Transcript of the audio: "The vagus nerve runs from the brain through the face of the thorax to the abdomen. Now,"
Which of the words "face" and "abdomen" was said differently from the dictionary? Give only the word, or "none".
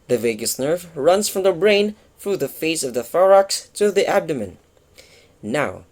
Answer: none